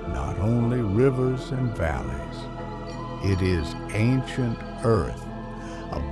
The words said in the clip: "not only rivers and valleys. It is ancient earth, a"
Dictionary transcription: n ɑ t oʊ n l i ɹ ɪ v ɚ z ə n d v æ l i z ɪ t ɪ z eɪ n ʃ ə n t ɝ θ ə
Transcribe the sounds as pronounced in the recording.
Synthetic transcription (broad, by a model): n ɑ t oʊ n l i ɹ ɪ v ɚ z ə n v æ l i z ɪ t ɪ z eɪ n ʃ ə n t ɝ θ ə